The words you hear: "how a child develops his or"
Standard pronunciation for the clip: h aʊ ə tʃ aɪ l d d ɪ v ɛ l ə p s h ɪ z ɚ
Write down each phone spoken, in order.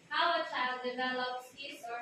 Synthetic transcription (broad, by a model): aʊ ə tʃ aɪ l d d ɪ v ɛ l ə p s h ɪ s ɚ